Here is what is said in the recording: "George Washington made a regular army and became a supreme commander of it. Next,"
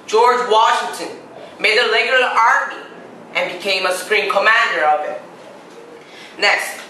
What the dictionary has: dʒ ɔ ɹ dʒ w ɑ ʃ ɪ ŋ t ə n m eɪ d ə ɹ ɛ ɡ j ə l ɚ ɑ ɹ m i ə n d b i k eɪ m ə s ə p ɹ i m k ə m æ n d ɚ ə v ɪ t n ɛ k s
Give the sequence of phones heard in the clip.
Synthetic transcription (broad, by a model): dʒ ɔ ɹ dʒ w ɑ ʃ ɪ ŋ t ə n m eɪ d ə l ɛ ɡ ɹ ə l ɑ ɹ m i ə n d b i k eɪ m ə s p ɹ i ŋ k ə m æ n d ɚ ə v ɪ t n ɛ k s